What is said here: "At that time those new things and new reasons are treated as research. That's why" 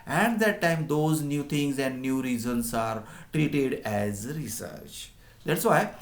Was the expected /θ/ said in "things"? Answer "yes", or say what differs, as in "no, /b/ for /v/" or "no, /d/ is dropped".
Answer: no, /t/ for /θ/